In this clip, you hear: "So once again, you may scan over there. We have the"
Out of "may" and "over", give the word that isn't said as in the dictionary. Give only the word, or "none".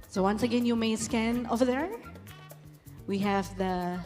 none